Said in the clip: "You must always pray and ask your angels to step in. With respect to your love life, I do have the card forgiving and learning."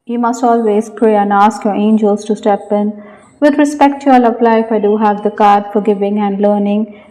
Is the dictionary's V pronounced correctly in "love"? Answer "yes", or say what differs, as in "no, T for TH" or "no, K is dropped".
no, P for V